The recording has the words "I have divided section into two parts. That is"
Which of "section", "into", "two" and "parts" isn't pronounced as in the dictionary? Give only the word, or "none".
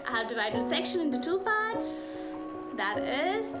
none